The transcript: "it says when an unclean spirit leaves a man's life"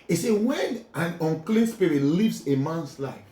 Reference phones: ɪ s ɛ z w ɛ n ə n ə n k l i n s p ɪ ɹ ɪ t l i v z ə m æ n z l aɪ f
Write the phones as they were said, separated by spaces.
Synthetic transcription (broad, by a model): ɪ s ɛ w ɛ n ə n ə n k l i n s p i ɹ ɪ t l i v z ə m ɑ n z l aɪ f